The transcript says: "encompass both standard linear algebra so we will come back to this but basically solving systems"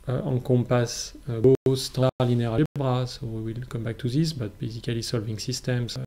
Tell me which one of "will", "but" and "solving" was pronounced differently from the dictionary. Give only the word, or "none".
none